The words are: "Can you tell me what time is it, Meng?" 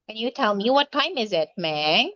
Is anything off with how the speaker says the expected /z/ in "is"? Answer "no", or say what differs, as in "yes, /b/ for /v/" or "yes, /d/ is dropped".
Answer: no